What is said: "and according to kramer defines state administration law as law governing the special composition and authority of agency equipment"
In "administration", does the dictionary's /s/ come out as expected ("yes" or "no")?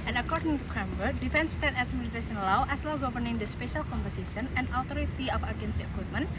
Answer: no